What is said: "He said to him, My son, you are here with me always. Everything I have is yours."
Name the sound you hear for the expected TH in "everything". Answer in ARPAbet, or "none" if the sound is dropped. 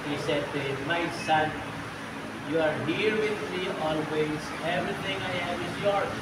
T